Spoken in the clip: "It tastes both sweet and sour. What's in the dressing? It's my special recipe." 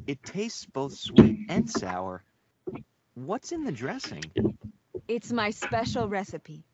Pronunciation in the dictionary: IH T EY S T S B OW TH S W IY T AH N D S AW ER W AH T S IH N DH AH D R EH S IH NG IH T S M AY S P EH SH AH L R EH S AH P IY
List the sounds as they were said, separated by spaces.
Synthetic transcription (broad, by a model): IH T EY S T S B OW TH S W IY T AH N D S AW ER W AH T S IH N DH AH D R EH S IH NG IH T S M AY S P EH SH AH L R EH S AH P IY